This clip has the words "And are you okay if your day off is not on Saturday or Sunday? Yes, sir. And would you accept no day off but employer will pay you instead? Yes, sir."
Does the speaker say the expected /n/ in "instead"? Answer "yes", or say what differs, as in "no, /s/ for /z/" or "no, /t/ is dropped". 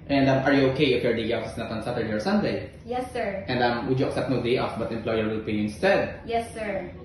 yes